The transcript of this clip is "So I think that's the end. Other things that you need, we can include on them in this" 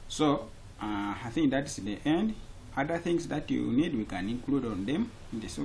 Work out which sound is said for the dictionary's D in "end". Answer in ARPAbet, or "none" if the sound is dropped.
D